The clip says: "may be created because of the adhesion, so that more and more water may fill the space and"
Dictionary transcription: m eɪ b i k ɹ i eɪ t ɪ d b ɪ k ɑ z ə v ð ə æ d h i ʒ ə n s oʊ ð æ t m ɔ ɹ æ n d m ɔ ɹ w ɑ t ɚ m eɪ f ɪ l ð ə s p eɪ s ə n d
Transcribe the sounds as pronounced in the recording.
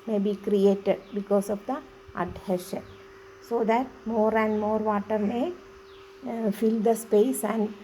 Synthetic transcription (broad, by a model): m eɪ b i k ɹ i eɪ t ɪ d b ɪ k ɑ s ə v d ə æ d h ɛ ʃ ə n s oʊ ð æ t m ɔ ɹ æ n d m ɔ ɹ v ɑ t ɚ m eɪ f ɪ l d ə s p eɪ s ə n d